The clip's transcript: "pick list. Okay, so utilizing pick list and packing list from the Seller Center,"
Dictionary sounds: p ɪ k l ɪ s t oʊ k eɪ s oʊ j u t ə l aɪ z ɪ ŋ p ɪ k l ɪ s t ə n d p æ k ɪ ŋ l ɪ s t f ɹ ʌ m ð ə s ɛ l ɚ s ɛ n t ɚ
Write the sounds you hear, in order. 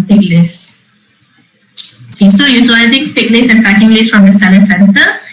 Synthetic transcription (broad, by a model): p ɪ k l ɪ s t oʊ k eɪ s oʊ j u t ə l aɪ z ɪ ŋ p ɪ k l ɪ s ə n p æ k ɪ ŋ l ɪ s f ɹ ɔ m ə s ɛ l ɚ s ɛ n t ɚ